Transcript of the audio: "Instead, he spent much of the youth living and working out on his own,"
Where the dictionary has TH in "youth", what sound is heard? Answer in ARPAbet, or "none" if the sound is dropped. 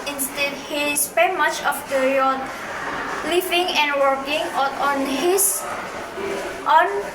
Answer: T